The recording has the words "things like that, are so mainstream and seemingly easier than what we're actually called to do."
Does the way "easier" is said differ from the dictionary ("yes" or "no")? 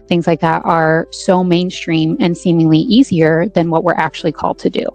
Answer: no